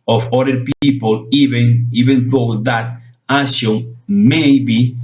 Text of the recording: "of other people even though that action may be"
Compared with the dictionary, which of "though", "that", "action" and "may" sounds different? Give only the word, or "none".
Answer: action